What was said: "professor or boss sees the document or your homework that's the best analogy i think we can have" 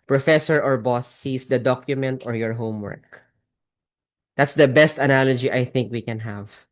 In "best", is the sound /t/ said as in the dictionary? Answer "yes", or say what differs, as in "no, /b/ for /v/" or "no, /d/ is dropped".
yes